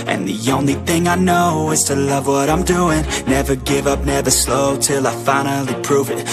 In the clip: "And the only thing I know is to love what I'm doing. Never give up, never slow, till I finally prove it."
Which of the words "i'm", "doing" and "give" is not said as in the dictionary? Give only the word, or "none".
none